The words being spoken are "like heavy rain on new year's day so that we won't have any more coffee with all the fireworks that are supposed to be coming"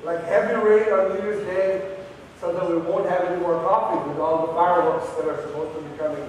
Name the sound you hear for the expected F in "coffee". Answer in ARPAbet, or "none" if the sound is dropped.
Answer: P